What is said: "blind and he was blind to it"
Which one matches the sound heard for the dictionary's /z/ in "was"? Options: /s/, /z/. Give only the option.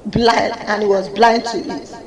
/z/